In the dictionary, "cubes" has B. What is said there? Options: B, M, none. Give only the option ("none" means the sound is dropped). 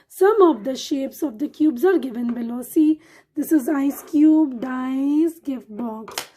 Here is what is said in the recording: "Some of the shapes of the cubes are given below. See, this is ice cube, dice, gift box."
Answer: B